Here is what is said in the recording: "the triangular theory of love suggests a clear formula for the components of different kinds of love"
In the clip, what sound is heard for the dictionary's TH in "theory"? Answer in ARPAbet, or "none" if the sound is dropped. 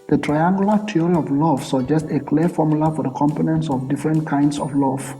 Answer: T